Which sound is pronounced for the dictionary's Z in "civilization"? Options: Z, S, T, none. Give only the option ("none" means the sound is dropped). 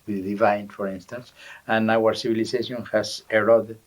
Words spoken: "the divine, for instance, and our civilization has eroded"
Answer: S